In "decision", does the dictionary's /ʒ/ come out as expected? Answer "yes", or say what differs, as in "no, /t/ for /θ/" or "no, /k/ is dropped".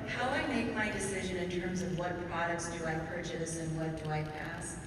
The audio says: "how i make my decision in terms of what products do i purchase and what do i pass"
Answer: yes